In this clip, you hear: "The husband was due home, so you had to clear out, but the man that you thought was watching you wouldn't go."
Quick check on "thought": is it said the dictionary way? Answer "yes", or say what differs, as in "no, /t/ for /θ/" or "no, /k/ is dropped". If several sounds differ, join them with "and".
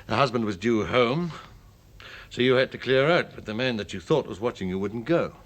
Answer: yes